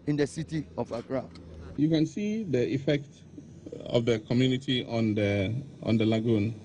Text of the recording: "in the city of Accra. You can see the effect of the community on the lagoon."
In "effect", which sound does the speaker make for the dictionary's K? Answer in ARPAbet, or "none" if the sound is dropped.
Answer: K